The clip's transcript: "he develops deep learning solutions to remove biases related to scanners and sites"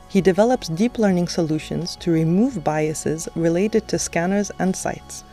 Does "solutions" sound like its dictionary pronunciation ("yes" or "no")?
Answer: yes